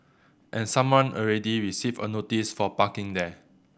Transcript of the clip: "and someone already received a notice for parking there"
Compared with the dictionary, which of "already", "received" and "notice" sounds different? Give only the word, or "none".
received